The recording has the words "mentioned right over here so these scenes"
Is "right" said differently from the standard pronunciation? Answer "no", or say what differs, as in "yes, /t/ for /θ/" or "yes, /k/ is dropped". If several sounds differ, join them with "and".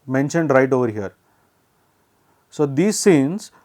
no